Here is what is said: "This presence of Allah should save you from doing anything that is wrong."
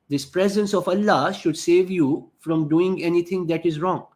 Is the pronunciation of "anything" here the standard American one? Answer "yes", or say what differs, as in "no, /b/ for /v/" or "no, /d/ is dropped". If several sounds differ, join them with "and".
no, /t/ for /θ/